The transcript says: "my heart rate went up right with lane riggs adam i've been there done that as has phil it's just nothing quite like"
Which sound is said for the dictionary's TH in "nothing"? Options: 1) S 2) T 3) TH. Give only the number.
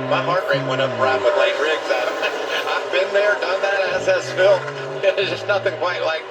3